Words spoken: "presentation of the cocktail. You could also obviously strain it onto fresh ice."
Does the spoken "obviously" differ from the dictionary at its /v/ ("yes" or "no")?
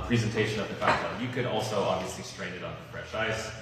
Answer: no